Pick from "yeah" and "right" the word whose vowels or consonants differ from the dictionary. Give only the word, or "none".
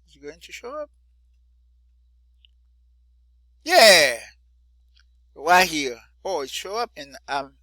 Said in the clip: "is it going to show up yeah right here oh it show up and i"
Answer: right